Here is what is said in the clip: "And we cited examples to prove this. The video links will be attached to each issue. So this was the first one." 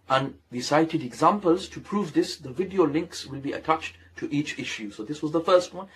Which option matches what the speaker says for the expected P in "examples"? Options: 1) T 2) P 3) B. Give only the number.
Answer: 2